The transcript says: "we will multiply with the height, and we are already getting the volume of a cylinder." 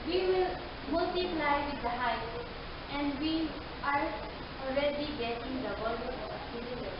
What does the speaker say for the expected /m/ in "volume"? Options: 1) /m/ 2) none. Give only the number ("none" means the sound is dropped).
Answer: 2